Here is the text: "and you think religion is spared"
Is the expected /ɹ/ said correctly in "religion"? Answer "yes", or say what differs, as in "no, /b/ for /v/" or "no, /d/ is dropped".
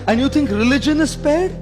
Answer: yes